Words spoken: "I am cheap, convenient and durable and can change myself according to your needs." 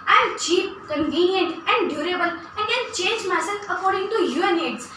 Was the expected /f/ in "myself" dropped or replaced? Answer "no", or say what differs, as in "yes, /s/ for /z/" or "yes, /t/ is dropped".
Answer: yes, /f/ is dropped